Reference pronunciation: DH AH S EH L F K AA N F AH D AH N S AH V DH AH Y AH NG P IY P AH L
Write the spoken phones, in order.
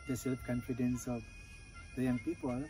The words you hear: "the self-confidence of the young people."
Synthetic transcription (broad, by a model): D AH S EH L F K AA N F AH D AH N S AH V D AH Y AH NG P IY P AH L